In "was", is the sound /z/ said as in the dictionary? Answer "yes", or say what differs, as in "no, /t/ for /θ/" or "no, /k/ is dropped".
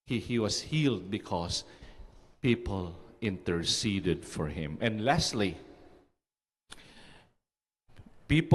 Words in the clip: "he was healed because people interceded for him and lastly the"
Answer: no, /s/ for /z/